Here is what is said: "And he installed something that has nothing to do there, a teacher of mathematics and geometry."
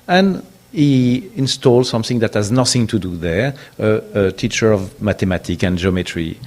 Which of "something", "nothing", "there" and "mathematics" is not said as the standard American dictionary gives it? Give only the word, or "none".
mathematics